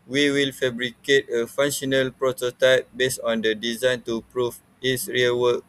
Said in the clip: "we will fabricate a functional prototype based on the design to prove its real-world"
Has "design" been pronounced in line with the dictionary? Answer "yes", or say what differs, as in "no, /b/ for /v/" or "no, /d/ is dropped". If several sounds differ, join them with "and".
yes